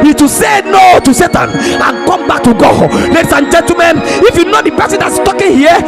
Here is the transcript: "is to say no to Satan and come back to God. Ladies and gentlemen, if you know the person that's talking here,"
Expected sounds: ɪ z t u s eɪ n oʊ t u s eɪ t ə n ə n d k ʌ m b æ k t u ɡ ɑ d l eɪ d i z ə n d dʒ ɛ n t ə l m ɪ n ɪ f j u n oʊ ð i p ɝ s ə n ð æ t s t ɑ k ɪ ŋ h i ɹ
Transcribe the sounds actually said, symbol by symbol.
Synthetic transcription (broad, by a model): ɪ t u s eɪ n oʊ t u s eɪ t ə n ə n k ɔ m b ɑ k t u ɡ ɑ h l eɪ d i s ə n dʒ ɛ n t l m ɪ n ɪ f j u n oʊ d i p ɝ s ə n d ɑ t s t ɑ k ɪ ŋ h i